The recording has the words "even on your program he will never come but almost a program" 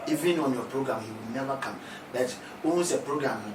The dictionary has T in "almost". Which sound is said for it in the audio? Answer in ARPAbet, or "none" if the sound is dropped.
none